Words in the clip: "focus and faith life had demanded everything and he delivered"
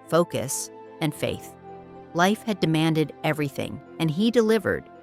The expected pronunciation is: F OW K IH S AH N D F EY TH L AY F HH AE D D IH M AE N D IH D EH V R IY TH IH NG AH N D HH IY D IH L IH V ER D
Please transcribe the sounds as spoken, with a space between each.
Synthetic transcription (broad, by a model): F OW K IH S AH N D F EY TH L AY F HH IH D D IH M AE N D IH D EH V R IY TH IH NG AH N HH IY D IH L IH V ER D